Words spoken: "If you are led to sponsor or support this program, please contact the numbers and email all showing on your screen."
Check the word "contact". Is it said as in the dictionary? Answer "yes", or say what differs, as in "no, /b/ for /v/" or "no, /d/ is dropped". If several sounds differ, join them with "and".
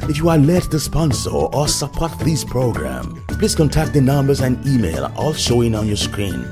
yes